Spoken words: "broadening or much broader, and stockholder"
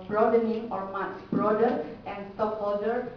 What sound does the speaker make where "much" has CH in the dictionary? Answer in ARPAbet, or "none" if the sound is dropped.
S